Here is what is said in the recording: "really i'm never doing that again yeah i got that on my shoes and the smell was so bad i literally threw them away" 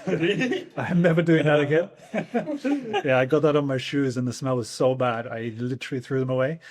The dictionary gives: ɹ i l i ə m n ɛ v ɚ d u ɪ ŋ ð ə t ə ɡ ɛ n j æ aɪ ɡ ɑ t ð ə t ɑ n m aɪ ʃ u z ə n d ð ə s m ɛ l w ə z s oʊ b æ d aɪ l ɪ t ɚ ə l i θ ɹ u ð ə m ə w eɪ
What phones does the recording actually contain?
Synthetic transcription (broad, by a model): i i ə m n ɛ v ɚ d u ɪ ŋ ð ə t ə ɡ ɛ n j æ aɪ ɡ ɑ t ð ə t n m aɪ ʃ u z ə n ð ə s m ɛ l w ə z s oʊ b æ d aɪ l ɪ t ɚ l i θ ɹ u ð ə m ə w eɪ